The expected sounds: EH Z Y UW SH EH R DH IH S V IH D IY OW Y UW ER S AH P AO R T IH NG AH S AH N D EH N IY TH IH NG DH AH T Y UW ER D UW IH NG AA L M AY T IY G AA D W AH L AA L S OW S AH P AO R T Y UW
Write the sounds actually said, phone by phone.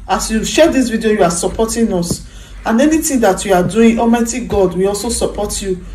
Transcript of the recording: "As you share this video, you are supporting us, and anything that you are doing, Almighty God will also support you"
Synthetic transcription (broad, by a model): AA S Y UW SH EH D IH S V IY D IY OW Y UW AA S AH P AO T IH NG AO S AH N EH N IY T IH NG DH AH T Y UW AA D UW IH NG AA M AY T IY G AA D W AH AA L S OW S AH P AO T Y UW